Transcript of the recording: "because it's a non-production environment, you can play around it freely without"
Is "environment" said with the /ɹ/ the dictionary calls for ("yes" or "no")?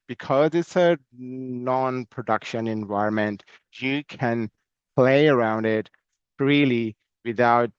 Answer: no